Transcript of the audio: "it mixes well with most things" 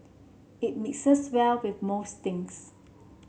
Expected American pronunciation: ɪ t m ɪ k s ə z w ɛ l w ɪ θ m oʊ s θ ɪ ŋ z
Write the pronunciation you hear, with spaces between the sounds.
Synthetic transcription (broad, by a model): ɪ t m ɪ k s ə s w ɛ l w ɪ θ m oʊ s t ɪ ŋ s